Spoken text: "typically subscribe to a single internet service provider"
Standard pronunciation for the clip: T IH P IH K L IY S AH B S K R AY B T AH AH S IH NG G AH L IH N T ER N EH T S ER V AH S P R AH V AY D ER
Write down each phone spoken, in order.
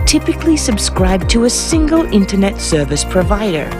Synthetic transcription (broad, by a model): T IH P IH K L IY S AH B S K R AY B T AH AH S IH NG G AH L IH N T ER N EH T S ER V AH S P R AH V AY D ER